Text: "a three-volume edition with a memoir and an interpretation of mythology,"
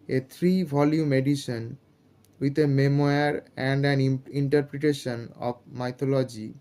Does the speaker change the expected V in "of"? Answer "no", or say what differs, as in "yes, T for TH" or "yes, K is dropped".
yes, B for V